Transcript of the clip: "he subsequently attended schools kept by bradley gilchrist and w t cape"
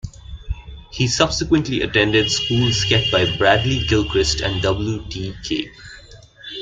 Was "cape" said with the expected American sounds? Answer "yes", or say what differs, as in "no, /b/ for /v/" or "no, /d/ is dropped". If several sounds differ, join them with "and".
no, /p/ is dropped